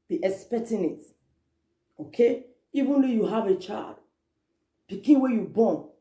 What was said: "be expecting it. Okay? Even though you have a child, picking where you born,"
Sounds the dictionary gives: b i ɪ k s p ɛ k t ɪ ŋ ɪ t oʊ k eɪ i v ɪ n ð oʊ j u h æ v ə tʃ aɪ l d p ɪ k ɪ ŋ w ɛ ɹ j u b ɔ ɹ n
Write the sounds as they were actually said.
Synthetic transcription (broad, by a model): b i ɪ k s p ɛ k t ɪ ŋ ɪ t oʊ k eɪ i v ɪ n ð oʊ j u h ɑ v ə tʃ aɪ l d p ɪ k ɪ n w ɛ j u b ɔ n